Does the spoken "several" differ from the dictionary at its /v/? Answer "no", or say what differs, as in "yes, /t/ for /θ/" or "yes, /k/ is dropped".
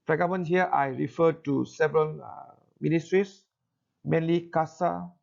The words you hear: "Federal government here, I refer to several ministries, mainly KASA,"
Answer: no